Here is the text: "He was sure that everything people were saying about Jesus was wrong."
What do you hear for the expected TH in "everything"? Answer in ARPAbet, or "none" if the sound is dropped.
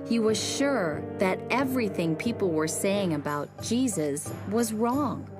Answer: TH